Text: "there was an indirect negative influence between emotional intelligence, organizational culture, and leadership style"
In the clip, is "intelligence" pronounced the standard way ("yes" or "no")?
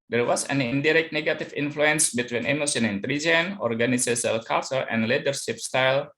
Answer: no